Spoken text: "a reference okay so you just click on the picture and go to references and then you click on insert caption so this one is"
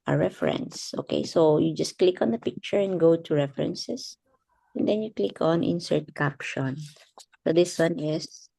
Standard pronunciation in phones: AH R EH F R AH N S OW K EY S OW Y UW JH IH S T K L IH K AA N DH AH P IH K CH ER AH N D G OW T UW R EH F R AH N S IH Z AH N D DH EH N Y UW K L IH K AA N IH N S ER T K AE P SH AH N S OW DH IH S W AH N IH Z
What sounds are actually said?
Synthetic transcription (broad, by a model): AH R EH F R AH N S OW K EY S OW Y UW JH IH S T K L IH K AA N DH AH P IH K CH ER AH N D G OW T UW R EH F R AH N S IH S AH N D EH N Y UW K L IH K AA N IH N S ER T K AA P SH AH N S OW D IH S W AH N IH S